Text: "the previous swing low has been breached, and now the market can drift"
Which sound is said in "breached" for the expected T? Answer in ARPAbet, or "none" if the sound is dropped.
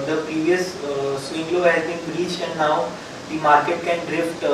none